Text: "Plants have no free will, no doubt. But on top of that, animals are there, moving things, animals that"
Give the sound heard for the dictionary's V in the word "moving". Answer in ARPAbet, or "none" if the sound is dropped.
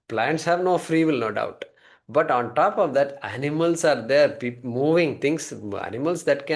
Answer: V